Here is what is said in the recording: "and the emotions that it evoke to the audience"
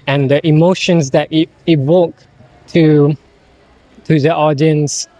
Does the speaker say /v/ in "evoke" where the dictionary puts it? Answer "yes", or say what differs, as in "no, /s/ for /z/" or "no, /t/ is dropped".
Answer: no, /w/ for /v/